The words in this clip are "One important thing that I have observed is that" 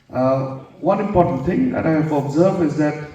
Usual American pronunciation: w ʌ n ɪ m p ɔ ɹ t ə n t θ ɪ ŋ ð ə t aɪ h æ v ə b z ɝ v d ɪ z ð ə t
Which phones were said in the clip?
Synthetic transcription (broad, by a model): w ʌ n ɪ m p ɔ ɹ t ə n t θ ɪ ŋ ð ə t aɪ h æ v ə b z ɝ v ɪ z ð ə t